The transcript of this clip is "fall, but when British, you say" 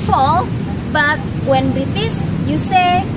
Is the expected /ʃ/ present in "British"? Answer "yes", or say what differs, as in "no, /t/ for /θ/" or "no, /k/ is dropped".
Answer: no, /s/ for /ʃ/